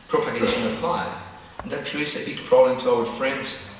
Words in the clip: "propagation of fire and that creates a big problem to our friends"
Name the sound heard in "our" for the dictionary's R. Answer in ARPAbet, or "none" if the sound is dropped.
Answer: L